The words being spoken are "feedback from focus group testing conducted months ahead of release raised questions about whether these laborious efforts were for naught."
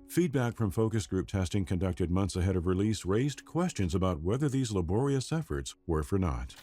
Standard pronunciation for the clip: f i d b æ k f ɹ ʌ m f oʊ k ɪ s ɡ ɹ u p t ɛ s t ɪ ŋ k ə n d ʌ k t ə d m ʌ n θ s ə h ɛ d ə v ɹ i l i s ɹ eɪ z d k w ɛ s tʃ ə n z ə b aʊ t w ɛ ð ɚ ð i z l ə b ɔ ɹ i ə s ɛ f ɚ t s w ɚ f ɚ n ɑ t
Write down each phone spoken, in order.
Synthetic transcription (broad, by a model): f i d b æ k f ɹ ʌ m f oʊ k ɪ s ɡ ɹ u p t ɛ s t ɪ ŋ k ə n d ʌ k t ə d m ʌ n θ s ə h ɛ d ə v ɹ i l i s ɹ eɪ z d k w ɛ s tʃ ə n z ə b aʊ t w ɛ ð ɚ ð i z l ə b ɔ ɹ i ə s ɛ f ɚ t s w ɚ f ɚ n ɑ t